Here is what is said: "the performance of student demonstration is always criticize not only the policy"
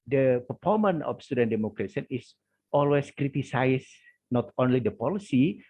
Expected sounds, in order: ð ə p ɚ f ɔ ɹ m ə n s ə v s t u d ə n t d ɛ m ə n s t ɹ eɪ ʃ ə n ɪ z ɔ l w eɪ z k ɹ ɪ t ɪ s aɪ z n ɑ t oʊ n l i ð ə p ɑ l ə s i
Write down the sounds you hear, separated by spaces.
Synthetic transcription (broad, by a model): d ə p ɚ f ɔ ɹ m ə n ə f s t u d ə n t d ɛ m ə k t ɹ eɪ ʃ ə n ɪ s ɔ l w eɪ s k ɹ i t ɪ s aɪ s n ɑ t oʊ n l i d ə p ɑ l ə s i